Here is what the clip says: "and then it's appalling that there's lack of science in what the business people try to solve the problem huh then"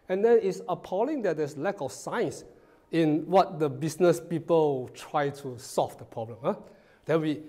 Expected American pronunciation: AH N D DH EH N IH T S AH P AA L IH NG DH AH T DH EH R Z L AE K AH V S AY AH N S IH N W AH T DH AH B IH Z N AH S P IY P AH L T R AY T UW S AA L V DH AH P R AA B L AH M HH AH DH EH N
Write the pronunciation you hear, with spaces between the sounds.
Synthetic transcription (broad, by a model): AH N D EH N IH T S AH P AA L IH NG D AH T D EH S L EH K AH F S AY N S IH N W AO T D AH B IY S N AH S P IY P AH L T R AY T UW S AA L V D AH P R AA B L AH M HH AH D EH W